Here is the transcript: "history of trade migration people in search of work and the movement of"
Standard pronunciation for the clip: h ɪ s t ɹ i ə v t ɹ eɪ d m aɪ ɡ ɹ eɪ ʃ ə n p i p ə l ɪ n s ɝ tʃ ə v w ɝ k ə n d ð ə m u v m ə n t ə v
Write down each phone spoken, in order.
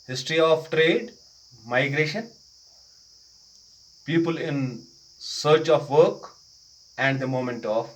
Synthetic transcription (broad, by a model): h ɪ s t ɹ i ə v t ɹ eɪ d m aɪ ɡ ɹ eɪ ʃ ə n p i p ə l ɪ n s ɝ tʃ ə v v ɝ k ə n d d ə m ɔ m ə n t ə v